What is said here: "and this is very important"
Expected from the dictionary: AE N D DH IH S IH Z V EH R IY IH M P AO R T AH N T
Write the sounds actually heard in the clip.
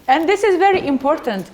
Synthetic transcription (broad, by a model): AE N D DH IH S IH Z V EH R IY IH M P AO R T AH N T